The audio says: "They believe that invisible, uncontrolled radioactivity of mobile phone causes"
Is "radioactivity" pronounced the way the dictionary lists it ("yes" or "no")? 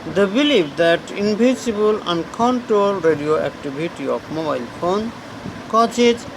no